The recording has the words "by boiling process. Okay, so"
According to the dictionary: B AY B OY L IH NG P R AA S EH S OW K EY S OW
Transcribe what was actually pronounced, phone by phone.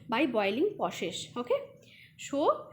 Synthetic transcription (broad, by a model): B AY B OY L IH NG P AA SH EH SH OW K EY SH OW